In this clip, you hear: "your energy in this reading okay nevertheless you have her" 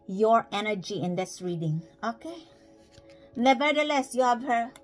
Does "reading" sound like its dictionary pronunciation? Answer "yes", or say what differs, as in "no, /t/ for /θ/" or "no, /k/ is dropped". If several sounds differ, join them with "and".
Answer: yes